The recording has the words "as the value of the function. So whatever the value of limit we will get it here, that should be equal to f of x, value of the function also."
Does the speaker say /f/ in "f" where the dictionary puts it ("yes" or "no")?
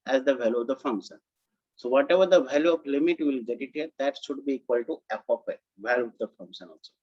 no